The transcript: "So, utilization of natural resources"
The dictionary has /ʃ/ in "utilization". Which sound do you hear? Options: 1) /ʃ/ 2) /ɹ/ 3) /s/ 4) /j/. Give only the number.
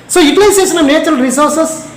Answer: 3